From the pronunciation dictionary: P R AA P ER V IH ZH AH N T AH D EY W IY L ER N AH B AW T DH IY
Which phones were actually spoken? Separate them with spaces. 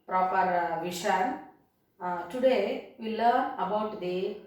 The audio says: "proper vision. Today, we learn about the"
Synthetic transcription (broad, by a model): P R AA P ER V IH SH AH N T AH D EY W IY L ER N AH B AW T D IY